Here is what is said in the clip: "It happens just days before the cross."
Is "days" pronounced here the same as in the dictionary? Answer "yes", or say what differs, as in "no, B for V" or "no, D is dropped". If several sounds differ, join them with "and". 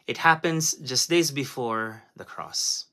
yes